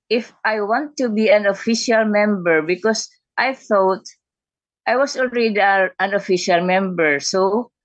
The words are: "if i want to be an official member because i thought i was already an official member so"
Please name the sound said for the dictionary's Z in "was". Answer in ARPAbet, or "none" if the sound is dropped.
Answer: S